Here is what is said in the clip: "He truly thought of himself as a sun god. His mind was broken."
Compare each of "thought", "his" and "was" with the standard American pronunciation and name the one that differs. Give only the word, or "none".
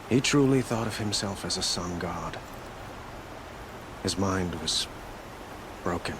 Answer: none